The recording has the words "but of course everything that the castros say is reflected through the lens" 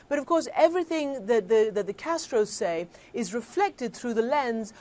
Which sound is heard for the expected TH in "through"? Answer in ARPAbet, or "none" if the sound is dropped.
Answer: TH